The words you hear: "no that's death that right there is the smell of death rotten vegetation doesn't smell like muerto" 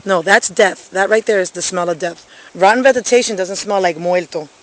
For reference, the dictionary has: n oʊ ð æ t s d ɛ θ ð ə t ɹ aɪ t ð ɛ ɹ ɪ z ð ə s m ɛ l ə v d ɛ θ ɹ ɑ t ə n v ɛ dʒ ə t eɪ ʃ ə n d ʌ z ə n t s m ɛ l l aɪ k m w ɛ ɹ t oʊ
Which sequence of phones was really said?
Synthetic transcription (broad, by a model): n oʊ ð æ t s d ɛ θ ð ə t ɹ aɪ t ð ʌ ɹ ɪ z ð ə s m ɛ l ə v d ɛ θ ɹ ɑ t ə n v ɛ z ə t eɪ ʃ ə n d ʌ z ə n t s m ɛ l l aɪ k m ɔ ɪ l t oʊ